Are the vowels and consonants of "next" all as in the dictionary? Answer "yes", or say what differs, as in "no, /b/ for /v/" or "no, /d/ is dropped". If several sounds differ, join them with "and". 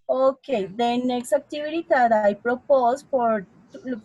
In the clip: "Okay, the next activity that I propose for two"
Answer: yes